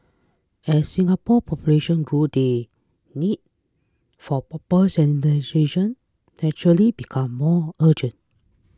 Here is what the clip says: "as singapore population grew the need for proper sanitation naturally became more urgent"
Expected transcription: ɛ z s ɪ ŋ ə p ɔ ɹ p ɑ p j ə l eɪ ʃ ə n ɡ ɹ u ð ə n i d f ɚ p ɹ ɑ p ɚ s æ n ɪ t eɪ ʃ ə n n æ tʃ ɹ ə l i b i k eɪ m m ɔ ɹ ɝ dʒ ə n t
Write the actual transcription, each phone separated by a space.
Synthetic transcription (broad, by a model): ɛ s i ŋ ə p ɔ p ɑ p j ə l eɪ ʃ ə n ɡ ɹ u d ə n i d f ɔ p ɑ p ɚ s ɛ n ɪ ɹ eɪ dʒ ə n n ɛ tʃ ɹ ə l i b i k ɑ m m ɔ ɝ dʒ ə n t